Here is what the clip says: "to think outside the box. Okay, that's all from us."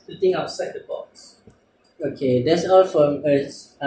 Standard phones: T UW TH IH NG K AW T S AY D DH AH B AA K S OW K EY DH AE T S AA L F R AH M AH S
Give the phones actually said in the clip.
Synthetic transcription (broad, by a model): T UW T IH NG AW T S AY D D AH B AA K S OW K EY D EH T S AA L F R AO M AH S